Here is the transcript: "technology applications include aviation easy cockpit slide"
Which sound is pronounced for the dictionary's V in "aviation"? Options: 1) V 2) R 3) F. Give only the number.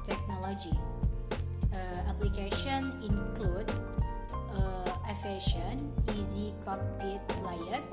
3